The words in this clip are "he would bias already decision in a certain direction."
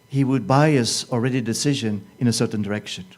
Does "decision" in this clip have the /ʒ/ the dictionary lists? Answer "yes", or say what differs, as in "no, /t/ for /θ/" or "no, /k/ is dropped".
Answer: yes